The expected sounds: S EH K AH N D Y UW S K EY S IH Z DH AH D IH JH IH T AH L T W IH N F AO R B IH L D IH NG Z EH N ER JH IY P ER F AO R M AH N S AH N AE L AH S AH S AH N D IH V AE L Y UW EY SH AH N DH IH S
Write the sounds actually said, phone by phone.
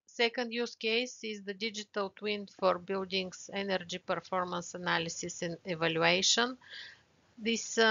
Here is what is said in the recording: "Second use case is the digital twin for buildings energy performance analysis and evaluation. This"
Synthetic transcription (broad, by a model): S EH K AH N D Y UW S K EY S IH Z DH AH D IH JH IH T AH L T W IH N F AO R B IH L D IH NG S EH N ER JH IY P ER F AO R M AH N S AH N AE L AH S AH S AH N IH V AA L Y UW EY SH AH N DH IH S